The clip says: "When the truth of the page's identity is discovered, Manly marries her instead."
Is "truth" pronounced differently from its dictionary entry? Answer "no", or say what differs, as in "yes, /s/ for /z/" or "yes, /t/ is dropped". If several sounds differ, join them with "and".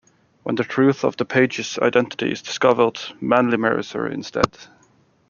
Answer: no